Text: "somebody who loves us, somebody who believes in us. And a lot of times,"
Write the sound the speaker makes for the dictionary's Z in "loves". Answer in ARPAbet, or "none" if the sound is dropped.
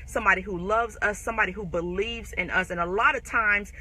Z